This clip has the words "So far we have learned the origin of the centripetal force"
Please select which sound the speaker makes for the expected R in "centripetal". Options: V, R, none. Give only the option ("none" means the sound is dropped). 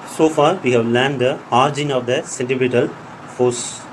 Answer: none